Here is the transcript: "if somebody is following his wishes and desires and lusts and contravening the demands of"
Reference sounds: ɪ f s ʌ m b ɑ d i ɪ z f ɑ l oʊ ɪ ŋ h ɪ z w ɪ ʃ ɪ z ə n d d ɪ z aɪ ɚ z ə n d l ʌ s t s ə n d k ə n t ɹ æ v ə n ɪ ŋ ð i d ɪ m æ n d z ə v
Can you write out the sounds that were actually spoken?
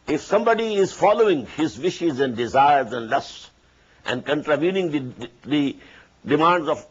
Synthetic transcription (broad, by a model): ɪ f s ʌ m b ɑ d i ɪ z f ɑ l oʊ ɪ ŋ h ɪ z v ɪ ʃ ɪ z ə n d d ɪ z aɪ ɚ z ə n d l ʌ s t s ə n d k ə n t ɹ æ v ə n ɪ ŋ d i d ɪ m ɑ n d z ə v